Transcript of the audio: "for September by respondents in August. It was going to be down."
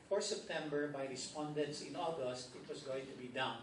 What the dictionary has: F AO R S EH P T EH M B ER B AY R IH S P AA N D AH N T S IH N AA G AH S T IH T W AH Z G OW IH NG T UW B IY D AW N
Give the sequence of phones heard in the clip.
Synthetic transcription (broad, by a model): F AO R S EH P T EH M B ER B AY R IH S P AA N D AH N T S IH N AA G AH S T IH T W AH S G OW IH NG T UW B IY D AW N